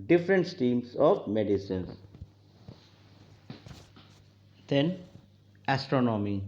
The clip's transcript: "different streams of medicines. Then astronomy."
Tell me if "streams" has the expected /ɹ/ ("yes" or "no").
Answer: no